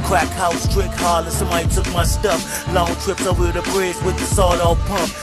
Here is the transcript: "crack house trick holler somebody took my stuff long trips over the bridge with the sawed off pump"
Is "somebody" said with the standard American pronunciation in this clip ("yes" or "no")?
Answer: no